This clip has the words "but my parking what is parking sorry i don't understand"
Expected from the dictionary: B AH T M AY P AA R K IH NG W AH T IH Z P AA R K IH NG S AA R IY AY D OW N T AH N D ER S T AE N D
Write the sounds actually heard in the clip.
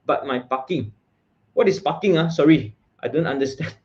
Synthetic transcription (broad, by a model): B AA T M AY P AA K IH NG W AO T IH S P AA K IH NG S AA R IY AY D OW N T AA N D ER S T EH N